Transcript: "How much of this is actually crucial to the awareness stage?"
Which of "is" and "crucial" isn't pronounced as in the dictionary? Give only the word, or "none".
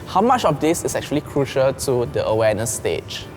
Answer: is